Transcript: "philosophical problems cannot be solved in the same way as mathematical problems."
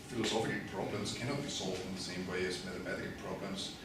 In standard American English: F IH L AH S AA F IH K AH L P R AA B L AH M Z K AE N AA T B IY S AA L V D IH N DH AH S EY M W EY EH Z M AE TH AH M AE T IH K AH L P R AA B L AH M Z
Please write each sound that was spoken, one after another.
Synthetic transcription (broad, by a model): F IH L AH S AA F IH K P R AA B L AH M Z K AE N AA T B IY S AA L V D IH N DH AH S EY M W EY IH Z M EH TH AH M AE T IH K P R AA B L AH M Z